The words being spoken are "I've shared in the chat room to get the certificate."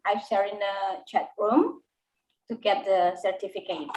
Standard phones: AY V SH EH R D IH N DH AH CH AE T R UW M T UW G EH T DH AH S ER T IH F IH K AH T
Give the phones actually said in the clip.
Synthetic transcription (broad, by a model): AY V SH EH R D IH N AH CH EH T W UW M T UW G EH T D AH S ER T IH F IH K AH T